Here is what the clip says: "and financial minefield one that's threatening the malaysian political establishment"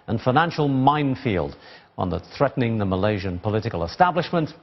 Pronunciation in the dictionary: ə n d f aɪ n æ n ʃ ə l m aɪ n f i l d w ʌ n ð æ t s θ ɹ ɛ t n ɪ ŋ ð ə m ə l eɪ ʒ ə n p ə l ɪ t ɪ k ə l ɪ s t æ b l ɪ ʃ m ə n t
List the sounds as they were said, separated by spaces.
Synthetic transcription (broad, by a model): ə n f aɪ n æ n ʃ ə l m aɪ n f i l d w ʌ n ð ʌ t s θ ɹ ɛ t n ɪ ŋ ð ə m ə l eɪ ʒ ə n p ə l ɪ t ɪ k ə l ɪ s t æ b l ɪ ʃ m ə n t